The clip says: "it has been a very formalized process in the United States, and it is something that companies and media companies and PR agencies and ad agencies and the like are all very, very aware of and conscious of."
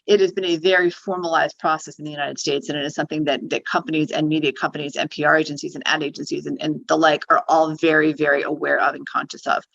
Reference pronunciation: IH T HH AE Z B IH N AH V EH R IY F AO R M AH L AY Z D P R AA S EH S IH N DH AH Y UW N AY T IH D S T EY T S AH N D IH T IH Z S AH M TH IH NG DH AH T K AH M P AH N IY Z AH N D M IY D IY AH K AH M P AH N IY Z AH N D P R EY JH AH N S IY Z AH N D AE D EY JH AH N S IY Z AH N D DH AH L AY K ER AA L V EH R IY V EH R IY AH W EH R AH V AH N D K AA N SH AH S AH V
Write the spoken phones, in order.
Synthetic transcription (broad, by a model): IH T HH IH Z B IH N AH V EH R IY F AO R M AH L AY Z D P R AA S EH S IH N DH AH Y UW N AY T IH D S T EY T S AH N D IH T IH Z S AH M TH IH NG DH AH T K AH M P AH N IY Z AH N M IY D IY AH K AH M P AH N IY Z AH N P R EY JH AH N S IY Z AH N AE D EY JH AH N S IY Z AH N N DH AH L AY K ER AA L V EH R IY V EH R IY AH W EH R AH V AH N K AA N SH AH S AH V